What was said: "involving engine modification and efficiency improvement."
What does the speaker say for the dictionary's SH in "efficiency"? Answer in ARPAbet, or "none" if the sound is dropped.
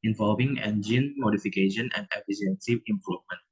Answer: S